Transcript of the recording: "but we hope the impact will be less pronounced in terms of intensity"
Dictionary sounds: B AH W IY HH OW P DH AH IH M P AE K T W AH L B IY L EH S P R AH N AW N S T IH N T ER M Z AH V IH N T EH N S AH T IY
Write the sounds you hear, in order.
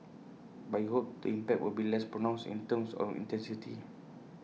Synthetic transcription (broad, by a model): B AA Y HH OW P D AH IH M P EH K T W AH L B IY L EH S P R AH N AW N S IH N T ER M S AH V IH N T EH N S AH T IY